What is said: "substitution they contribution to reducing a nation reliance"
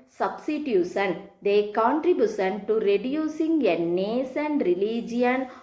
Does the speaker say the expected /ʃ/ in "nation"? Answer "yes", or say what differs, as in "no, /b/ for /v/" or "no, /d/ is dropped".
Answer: no, /s/ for /ʃ/